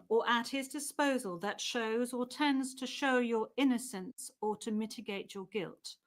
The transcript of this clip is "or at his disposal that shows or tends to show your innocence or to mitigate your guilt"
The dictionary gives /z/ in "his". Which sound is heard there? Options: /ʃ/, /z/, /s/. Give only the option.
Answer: /z/